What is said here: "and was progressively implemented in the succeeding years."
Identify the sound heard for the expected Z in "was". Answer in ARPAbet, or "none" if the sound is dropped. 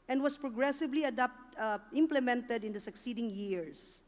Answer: S